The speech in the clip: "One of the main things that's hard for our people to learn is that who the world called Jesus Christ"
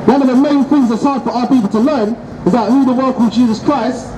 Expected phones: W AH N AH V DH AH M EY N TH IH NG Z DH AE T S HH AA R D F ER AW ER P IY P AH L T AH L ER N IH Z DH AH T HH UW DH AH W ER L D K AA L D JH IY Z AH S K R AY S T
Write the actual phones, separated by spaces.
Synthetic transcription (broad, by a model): W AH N AH V DH AH M EY N TH IH NG Z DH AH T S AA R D F ER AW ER P IY P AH L T AH L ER N IH Z DH AH T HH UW DH AH W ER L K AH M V JH IY Z AH S K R AY S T